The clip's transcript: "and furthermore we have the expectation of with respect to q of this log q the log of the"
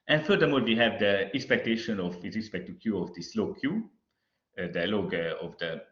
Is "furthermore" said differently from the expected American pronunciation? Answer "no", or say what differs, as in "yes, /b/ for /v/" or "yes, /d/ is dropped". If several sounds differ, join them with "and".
yes, /l/ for /ɹ/